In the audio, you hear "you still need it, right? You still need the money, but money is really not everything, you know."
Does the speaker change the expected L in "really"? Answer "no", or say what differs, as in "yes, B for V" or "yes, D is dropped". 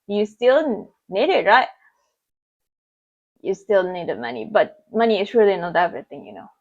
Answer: yes, L is dropped